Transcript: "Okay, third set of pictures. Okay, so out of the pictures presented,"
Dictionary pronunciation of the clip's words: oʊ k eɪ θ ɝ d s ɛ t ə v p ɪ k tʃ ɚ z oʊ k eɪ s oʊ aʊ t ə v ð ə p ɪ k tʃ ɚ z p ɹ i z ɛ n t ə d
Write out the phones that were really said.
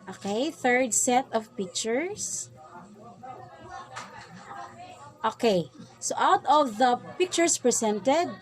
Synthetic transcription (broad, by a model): oʊ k eɪ θ ɝ d s ɛ t ə v p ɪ k tʃ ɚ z oʊ k eɪ s oʊ aʊ t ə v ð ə p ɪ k tʃ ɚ s p ɹ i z ɛ n t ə d